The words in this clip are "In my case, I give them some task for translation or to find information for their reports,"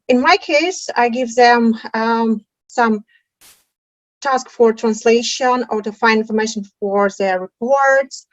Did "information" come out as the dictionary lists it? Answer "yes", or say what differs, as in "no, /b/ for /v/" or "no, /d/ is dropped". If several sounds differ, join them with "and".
yes